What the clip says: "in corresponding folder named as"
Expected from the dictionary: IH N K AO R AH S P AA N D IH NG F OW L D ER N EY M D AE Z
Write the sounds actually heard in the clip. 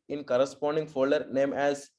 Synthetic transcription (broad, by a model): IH N K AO R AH S P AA N D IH NG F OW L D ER N EY M AE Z